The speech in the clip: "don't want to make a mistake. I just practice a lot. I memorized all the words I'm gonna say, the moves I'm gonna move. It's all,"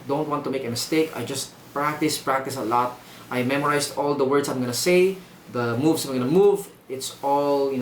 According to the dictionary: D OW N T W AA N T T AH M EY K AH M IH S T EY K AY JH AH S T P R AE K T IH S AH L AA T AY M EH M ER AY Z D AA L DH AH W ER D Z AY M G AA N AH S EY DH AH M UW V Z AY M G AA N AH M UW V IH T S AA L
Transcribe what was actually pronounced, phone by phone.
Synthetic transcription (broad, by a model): D OW N T W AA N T T AH M EY K AH M IH S T EY K AY JH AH S T P R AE K T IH S AH L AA T AY M EH M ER AY S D AA L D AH W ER D S AY M G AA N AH S EY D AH M UW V S AY M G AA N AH M UW V IH T S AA L